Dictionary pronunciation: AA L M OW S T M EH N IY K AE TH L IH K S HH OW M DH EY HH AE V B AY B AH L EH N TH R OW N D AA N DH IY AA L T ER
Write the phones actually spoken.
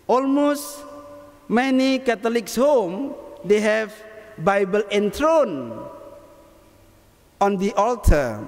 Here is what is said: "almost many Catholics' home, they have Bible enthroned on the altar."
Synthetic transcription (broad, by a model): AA L M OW S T M EH N IY K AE T L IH K S HH OW M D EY HH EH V B AY B AH L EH N T R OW N AA N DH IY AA L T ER